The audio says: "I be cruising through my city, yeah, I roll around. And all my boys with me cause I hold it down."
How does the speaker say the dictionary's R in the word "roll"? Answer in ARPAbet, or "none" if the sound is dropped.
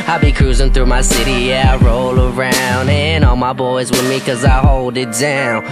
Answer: R